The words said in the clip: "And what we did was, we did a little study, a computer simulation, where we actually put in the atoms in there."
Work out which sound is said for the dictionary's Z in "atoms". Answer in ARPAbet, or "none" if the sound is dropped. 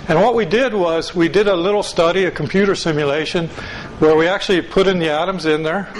Z